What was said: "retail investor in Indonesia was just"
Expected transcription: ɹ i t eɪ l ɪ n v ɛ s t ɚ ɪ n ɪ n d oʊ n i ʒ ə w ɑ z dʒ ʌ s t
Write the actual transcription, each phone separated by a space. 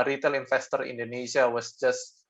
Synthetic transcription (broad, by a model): ɹ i t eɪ l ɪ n f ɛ s t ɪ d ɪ n d oʊ n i ʃ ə w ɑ s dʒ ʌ s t